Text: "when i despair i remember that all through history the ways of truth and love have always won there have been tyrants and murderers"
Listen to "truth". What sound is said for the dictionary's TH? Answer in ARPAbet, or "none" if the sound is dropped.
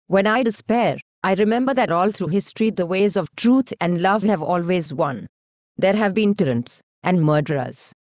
T